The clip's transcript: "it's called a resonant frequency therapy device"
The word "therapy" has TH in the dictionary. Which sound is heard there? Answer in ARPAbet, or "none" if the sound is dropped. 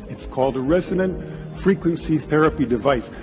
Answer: TH